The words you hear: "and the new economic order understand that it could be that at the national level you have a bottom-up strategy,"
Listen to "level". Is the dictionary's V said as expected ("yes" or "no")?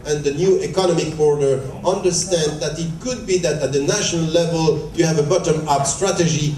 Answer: yes